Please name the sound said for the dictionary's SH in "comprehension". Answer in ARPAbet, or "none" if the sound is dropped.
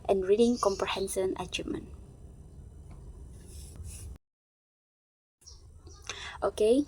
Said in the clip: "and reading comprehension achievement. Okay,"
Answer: S